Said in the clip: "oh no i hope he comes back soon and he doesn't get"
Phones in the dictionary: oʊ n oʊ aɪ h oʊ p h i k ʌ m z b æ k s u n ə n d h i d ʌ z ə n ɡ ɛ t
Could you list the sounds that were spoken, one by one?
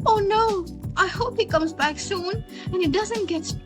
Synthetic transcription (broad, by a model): oʊ n oʊ aɪ h oʊ p h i k ʌ m z b æ k s u n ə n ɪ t d ʌ z ə n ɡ ɛ t